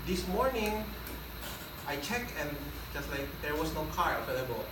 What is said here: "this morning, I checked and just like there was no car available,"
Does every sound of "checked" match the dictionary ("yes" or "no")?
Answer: no